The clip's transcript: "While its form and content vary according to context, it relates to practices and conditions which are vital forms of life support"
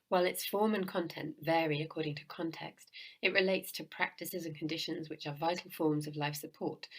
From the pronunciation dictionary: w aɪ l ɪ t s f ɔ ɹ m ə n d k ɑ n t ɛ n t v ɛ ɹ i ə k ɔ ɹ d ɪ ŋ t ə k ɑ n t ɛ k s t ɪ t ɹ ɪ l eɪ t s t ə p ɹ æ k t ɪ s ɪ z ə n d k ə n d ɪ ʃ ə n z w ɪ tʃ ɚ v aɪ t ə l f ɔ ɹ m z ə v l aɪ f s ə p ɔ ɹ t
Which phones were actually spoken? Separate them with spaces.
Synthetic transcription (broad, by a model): w aɪ l ɪ t s f ɔ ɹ m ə n k ɑ n t ɛ n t v ɛ ɹ i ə k ɔ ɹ d ɪ ŋ t ə k ɑ n t ɛ k s t ɪ t ɹ ɪ l eɪ t s t ə p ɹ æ k t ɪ s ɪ z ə n k ə n d ɪ ʃ ə n z w ɪ tʃ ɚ v aɪ t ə l f ɔ ɹ m z ə v l aɪ f s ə p ɔ ɹ t